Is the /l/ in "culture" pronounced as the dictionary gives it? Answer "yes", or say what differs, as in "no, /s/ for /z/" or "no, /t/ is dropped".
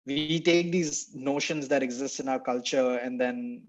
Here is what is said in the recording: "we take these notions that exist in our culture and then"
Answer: yes